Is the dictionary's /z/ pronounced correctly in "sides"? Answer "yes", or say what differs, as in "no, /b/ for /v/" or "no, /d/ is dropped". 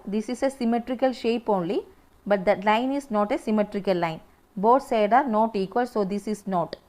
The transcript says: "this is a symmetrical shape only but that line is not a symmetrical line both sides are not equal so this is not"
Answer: no, /z/ is dropped